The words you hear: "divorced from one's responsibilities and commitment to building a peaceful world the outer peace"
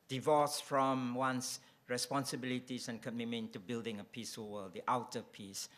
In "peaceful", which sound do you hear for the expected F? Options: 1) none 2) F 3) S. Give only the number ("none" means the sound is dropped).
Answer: 1